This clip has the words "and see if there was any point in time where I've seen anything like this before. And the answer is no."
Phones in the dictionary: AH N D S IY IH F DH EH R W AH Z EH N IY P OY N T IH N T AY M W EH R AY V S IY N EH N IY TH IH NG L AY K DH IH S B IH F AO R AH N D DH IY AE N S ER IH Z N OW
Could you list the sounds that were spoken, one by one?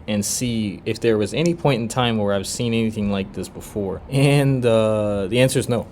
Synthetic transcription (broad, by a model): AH N S IY IH F DH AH R W AH Z EH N IY P OY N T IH N T AY M W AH R AY V S IY N EH N IY TH IH NG L AY K DH IH S B IH F AO R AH N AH DH IY AE N S ER IH Z N OW